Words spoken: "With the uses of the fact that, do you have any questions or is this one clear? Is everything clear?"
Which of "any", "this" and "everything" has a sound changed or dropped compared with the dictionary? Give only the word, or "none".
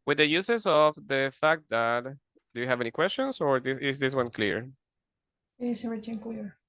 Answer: everything